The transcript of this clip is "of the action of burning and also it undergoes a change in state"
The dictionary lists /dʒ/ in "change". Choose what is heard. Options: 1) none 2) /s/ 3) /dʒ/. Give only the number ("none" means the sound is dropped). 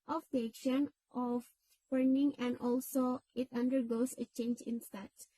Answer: 3